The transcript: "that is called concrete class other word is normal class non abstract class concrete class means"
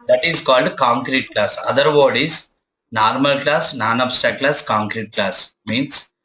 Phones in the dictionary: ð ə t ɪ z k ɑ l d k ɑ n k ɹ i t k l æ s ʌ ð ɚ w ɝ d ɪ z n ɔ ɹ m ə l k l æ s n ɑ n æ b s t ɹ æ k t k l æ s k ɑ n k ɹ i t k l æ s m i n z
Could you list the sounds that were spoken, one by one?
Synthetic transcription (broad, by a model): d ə t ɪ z k ɑ l d k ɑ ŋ k ɹ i t k l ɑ s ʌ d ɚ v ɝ d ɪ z n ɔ ɹ m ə l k l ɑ s n ɑ n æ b s t æ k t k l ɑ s k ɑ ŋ k ɹ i t k l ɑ s m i n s